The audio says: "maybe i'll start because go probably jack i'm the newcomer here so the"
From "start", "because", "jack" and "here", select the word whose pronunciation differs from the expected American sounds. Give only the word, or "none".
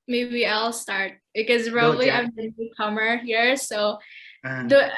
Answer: jack